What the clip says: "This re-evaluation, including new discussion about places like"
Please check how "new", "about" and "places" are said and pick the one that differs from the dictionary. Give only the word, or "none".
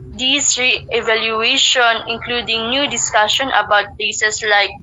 places